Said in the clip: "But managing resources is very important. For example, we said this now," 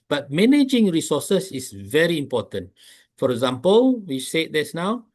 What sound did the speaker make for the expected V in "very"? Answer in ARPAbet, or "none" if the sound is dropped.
V